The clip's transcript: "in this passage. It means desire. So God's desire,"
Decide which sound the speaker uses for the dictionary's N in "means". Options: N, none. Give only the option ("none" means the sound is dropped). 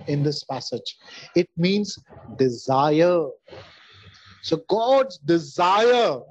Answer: N